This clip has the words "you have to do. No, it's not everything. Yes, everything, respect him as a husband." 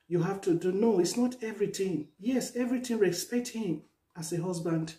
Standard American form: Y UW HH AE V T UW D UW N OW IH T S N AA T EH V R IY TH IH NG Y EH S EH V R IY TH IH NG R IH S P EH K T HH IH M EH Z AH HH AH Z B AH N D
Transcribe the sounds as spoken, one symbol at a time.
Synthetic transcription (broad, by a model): Y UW HH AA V T UW D UW N OW IH T S N AA T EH V R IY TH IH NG Y EH S EH V R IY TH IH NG R IH S P EH K T HH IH M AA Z AH HH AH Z B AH N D